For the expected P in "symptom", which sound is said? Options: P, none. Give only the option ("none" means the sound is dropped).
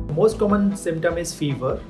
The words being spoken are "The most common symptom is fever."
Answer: P